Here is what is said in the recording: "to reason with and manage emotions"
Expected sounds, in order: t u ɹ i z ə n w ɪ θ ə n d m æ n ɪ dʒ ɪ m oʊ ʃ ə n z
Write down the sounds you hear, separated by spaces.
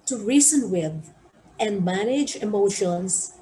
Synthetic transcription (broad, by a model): t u ɹ i s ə n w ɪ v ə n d m æ n ɪ dʒ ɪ m oʊ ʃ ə n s